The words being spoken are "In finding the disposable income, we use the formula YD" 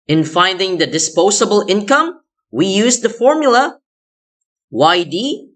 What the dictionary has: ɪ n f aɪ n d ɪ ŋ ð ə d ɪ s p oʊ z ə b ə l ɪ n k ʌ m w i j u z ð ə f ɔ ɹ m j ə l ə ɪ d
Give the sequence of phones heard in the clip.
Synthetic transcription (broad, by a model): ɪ n f aɪ n d ɪ ŋ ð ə d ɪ s p oʊ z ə b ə l ɪ n k ʌ m w i j u z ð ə f ɔ ɹ m j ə w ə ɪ d